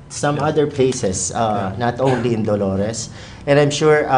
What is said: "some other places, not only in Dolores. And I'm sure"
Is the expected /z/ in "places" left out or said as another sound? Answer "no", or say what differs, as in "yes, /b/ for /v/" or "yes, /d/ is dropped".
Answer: yes, /s/ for /z/